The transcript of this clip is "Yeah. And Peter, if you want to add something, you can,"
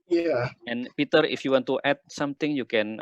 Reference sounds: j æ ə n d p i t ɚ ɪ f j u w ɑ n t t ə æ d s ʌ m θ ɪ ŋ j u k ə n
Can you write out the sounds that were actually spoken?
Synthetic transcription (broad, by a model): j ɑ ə n p i t ɚ ɪ f j u w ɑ n t t ə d s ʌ m t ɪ ŋ j u k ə n